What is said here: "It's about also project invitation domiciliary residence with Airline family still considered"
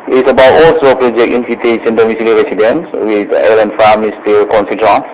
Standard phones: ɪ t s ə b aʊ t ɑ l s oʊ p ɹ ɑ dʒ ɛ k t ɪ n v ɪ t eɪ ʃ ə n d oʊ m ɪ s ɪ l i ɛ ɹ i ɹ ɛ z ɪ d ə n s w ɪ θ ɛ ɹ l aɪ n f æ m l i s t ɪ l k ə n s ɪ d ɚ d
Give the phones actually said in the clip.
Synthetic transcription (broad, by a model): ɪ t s ə b aʊ t ɑ l s oʊ p ɹ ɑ dʒ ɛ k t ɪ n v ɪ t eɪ s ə n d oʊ m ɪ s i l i ɹ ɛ s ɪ d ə n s w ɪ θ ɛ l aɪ n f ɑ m i s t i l k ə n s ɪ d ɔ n